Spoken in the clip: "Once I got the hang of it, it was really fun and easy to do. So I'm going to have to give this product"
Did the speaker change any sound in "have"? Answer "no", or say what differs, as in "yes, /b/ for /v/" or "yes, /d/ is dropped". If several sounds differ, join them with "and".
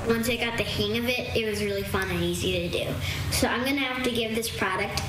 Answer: yes, /f/ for /v/